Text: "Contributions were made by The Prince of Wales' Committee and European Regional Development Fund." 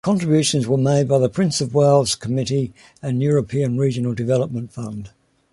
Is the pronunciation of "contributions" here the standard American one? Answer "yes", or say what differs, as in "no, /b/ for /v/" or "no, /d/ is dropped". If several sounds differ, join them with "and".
yes